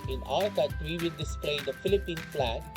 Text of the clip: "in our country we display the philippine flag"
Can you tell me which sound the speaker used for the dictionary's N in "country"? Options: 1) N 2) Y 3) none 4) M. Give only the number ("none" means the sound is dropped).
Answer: 3